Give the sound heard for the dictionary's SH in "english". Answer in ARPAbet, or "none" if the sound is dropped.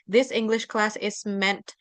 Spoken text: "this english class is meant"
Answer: SH